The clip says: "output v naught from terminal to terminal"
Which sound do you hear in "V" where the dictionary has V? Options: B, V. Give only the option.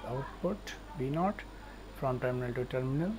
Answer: B